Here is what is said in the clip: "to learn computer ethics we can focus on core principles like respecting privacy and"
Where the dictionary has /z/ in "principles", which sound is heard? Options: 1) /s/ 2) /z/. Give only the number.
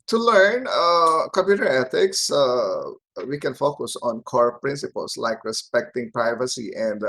1